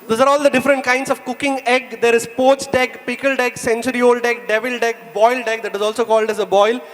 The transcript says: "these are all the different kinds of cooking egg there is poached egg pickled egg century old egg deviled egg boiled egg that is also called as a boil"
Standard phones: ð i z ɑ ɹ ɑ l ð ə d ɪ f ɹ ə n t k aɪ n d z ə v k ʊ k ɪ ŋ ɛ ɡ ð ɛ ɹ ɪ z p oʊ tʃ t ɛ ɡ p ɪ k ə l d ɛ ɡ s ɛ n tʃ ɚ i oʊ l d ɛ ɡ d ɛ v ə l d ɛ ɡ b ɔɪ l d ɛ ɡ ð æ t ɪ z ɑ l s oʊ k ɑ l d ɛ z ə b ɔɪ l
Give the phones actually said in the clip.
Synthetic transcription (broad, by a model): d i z ɑ ɹ ɑ l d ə d ɪ f ɹ ə n t k aɪ n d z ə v k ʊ k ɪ ŋ ɛ ɡ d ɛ ɹ ɪ z p oʊ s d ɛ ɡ p ɪ k ə l d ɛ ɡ s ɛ n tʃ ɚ i oʊ l d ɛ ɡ d ɛ v ə l d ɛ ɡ b ɔɪ l d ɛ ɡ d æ t ɪ z ɑ l s oʊ k ɑ l d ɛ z ə b ɔɪ l